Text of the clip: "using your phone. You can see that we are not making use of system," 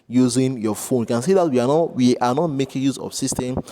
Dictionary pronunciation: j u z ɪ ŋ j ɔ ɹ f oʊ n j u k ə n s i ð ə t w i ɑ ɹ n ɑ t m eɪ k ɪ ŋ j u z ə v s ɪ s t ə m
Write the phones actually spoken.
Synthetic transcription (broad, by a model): j u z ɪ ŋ j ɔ f oʊ n j u k ə n s i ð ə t w i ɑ w n ɑ t m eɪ k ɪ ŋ j u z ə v s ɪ s t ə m